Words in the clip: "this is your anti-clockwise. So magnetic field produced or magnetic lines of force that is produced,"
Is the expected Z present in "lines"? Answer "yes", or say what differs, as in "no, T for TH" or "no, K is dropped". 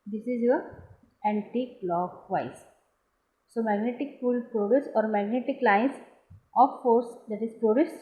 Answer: no, S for Z